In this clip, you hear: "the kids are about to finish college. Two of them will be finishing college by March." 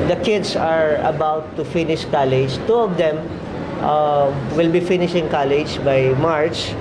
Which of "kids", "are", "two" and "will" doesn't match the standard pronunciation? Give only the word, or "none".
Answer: kids